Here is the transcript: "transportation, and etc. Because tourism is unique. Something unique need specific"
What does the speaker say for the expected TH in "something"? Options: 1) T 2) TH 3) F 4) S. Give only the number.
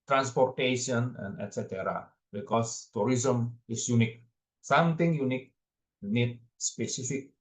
1